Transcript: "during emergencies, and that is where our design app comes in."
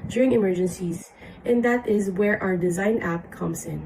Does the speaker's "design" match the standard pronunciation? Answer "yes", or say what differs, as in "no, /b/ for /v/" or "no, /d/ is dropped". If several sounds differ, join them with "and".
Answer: yes